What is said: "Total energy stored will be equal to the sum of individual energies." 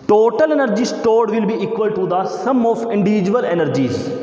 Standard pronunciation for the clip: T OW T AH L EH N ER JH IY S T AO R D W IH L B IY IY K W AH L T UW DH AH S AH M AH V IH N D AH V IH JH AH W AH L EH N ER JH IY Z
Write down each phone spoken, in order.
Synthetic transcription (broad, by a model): T OW T AH L EH N ER JH IY S T AO R D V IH L B IY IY K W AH L T UW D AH S AH M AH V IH N D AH V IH JH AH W AH L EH N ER JH IY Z